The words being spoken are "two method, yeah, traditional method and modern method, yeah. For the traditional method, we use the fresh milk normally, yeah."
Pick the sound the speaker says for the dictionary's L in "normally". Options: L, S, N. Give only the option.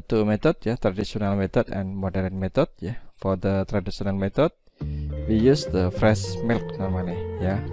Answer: N